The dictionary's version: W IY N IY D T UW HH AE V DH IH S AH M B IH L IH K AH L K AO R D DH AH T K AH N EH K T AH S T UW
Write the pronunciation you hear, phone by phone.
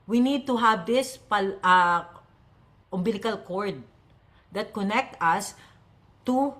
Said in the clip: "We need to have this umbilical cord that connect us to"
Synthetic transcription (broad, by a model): W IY N IY D T UW HH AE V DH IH S AH M B IH L IH K AH L K AO R D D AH T K AH N EH K T AH S T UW